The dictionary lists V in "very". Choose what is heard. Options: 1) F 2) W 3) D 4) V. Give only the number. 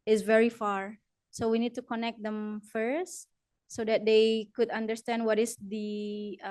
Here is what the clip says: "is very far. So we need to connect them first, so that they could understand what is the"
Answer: 4